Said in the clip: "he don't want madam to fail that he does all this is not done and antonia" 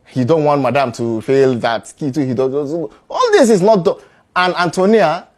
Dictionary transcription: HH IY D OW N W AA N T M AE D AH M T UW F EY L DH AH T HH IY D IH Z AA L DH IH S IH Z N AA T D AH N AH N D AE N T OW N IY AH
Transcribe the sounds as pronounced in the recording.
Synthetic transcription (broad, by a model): HH IY D OW N W AA N T M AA D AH M T UW F EY L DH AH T HH IY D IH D AA L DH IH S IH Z N AA T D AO AH N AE N T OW N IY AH